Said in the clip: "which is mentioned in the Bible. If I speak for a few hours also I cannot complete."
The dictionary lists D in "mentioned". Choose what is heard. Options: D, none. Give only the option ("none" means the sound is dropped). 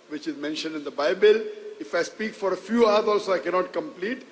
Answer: D